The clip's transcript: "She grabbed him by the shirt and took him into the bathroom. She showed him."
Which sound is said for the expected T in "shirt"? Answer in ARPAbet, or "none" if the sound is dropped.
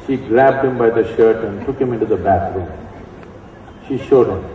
T